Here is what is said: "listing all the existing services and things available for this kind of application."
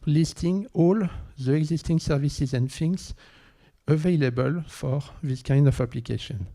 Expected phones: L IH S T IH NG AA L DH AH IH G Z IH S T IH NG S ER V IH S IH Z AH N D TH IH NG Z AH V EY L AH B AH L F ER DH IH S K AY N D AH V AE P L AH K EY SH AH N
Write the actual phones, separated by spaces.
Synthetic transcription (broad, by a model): L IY S T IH NG AA L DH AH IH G Z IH S T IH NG S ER V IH S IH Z AH N D F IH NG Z AH V EY L AH B AH L F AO DH IH S K AY N D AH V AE P L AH K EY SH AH N